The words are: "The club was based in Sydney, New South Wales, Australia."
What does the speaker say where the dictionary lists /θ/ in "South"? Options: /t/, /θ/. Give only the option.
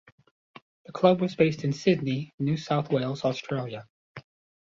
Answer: /θ/